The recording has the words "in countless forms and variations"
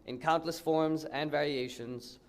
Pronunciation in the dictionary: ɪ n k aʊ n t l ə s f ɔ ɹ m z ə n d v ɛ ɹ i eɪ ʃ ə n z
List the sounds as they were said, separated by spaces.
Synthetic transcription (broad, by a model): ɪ n k aʊ n t l ə s f ɔ ɹ m z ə n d v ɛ ɹ i eɪ ʃ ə n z